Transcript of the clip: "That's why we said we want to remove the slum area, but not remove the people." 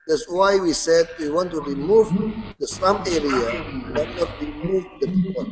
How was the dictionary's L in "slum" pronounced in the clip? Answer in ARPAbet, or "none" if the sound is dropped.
none